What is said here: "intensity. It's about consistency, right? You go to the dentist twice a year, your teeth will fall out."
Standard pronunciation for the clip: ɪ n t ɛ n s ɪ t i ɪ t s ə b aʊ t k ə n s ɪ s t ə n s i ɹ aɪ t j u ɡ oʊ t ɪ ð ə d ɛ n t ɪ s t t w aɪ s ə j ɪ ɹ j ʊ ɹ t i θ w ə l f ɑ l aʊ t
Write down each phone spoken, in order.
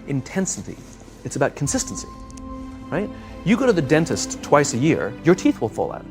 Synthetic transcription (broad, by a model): ɪ n t ɛ n s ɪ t i ɪ t s ə b aʊ t k n s ɪ s t n s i ɹ aɪ t j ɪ ɡ oʊ t ɪ ð ə d ɛ n t ɪ s t t w aɪ s ə j ɪ ɹ j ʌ ɹ t i θ w ə l f ɑ l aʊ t